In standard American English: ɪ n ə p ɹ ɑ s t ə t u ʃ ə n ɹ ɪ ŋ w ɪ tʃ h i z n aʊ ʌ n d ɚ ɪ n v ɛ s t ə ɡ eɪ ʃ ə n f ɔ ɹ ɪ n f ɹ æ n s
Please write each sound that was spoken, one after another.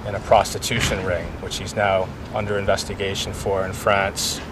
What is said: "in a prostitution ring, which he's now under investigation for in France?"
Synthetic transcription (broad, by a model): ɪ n ə p ɹ ɑ s t ə t u ʃ ə n ɹ ɪ ŋ w ɪ tʃ h i z n aʊ ʌ n d ɚ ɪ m v ɛ s t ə ɡ eɪ ʃ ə n f ɔ ɹ ɪ n f ɹ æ n s